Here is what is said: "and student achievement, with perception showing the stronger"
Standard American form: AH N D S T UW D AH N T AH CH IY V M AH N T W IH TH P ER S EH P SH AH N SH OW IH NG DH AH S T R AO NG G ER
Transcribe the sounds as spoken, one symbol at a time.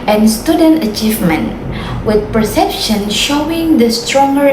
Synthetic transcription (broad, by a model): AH N S T UW D AH N T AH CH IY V M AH N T W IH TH P ER S EH P SH AH N SH OW IH NG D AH S T R AO NG G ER